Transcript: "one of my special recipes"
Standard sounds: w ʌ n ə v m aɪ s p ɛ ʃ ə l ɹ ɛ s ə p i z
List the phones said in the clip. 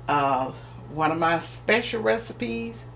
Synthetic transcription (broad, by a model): w ʌ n ə v m aɪ s p ɛ ʃ l ɹ ɛ s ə p i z